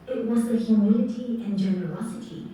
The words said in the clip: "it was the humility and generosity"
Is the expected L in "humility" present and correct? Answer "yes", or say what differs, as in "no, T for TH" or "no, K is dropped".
no, N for L